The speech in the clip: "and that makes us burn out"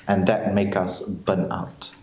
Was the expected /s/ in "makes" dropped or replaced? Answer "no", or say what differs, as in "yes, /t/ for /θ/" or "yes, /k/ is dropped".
yes, /s/ is dropped